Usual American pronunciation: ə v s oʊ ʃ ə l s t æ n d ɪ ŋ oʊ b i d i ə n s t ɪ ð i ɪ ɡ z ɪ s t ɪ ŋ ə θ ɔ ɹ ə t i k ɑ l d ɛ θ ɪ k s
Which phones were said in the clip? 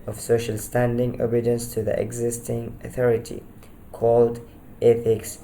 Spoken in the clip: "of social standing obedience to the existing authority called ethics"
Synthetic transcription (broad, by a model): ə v s oʊ ʃ ə l s t æ n d ɪ ŋ oʊ b i d i ə n s t ɪ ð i ɪ ɡ z ɪ s t ɪ ŋ ə θ ɔ ɹ ə t i k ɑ l d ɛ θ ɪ k s